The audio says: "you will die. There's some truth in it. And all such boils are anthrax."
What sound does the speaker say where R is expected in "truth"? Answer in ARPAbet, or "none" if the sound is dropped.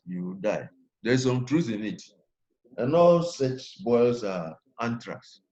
R